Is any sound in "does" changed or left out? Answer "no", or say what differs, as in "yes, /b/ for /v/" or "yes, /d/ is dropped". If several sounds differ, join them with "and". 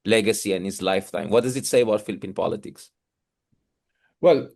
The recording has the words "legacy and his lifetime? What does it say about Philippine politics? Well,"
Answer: no